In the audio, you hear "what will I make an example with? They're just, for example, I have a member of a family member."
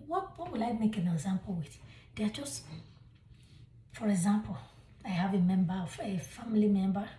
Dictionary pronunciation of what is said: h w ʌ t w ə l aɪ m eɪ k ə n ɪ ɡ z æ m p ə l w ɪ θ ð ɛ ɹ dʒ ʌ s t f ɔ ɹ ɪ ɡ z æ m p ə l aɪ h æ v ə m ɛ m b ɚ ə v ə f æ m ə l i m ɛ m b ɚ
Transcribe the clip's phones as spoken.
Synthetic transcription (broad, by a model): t w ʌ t w ə l aɪ m eɪ k ə n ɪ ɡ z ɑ m p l w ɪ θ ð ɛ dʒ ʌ s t f ɔ ɹ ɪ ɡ z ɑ m p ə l aɪ h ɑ v ə m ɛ m b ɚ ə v ə f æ m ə l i m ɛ m b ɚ